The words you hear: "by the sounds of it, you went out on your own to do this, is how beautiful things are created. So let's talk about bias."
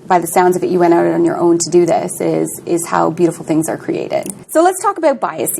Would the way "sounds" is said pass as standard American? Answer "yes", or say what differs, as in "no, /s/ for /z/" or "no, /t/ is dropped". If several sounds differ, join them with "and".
yes